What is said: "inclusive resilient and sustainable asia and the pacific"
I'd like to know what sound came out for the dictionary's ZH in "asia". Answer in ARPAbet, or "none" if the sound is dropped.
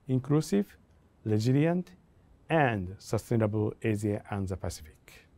Z